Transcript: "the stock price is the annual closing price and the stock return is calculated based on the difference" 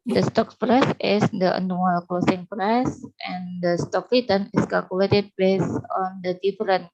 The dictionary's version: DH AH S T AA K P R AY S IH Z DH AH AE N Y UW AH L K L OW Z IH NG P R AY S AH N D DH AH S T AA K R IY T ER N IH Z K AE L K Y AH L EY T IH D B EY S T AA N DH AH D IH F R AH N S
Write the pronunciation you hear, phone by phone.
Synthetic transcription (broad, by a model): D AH S T AA K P R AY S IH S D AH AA N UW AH L K L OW S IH NG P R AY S AH N D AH S T AA K L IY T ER N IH S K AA L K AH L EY T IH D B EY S AA N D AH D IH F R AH N